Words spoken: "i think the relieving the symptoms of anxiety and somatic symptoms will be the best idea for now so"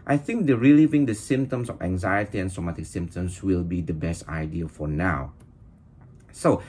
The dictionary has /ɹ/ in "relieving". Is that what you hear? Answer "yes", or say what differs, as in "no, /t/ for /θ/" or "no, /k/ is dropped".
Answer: yes